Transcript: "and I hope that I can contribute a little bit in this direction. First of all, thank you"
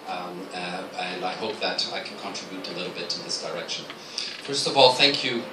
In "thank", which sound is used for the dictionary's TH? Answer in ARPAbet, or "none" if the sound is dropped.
TH